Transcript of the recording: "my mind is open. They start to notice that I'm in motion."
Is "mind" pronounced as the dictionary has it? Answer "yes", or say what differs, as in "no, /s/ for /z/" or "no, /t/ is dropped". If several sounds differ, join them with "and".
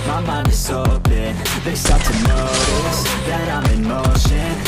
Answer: no, /d/ is dropped